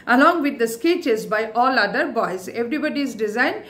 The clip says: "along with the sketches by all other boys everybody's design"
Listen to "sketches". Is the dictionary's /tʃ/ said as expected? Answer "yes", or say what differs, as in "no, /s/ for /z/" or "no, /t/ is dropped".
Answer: yes